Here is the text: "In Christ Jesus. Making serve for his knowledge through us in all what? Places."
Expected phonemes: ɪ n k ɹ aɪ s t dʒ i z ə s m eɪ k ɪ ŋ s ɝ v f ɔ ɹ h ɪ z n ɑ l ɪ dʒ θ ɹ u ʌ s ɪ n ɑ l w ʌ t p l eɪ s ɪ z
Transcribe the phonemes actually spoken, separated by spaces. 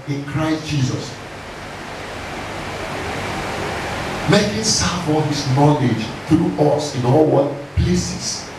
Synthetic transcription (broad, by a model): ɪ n k ɹ aɪ s t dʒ i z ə s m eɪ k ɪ s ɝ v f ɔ l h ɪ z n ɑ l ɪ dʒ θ ɹ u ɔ s ɪ n ɑ l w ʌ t p l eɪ s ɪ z